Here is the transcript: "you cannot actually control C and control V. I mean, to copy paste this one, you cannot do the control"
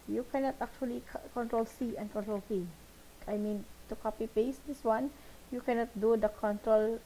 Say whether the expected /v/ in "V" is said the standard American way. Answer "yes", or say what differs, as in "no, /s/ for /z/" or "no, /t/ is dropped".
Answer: no, /f/ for /v/